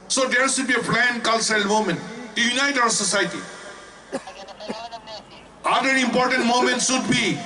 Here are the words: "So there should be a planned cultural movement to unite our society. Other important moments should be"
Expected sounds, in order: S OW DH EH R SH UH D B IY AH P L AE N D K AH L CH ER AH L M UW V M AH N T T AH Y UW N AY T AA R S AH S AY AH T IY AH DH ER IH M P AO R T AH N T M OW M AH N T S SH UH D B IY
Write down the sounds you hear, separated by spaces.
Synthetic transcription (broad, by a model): S OW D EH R S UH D B IY AH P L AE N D K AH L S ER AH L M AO M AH N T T Y UW N AY T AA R S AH S AY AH T IY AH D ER IH M P AO R T AH N T M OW M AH N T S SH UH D B IY